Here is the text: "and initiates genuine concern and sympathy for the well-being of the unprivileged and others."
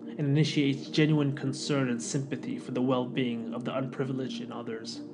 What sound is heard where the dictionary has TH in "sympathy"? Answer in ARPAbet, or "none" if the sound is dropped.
TH